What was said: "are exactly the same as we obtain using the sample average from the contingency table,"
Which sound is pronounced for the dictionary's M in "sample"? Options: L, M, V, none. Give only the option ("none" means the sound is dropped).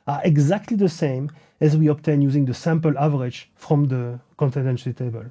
M